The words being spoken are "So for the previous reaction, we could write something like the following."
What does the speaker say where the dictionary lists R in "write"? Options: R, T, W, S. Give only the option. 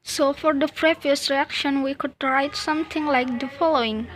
R